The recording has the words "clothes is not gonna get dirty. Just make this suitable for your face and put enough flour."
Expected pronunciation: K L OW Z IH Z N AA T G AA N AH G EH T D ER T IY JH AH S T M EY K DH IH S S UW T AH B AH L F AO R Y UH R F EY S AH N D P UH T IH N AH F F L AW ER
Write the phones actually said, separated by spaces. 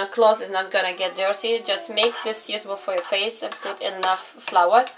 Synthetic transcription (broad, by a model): K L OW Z IH Z N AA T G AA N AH G EH T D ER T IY JH AH S T M EY K DH IH S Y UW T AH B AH L F AO R Y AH R F EY S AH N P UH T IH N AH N F L AW ER